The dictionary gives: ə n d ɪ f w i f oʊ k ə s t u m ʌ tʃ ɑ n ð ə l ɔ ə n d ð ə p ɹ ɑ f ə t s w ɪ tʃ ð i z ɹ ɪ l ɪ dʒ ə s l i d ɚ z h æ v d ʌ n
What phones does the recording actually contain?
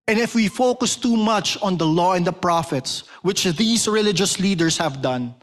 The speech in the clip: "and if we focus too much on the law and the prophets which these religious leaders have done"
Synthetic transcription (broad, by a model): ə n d ɪ f w i f oʊ k ə s t u m ʌ tʃ ɑ n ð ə l ɔ ə n d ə p ɹ ɑ f ə t s w ɪ tʃ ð i s ɹ ɪ l ɪ dʒ ə s l i d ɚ s h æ v d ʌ n